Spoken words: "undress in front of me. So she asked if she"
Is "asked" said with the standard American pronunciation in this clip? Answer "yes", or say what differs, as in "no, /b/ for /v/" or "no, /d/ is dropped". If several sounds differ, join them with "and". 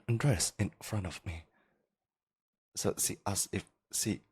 no, /t/ is dropped